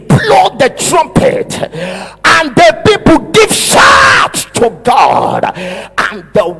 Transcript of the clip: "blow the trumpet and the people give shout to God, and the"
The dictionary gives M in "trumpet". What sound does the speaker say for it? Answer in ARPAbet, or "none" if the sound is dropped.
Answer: M